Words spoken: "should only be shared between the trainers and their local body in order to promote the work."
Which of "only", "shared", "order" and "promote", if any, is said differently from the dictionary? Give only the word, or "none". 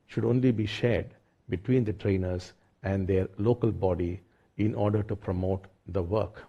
none